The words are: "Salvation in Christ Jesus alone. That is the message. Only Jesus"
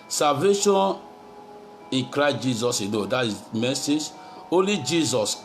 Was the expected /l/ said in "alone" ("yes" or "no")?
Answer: no